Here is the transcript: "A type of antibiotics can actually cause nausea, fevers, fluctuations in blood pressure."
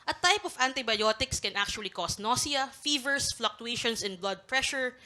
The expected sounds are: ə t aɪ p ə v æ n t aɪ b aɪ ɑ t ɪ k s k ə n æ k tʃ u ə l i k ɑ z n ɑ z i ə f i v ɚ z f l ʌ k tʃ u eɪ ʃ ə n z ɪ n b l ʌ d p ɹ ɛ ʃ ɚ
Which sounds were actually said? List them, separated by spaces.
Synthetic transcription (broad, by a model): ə t aɪ p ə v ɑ n t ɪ b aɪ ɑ t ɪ k s k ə n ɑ k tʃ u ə l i k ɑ s n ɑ s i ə f i v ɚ s f l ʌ k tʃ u eɪ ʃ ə n s ɪ n b l ʌ d p ɹ ɛ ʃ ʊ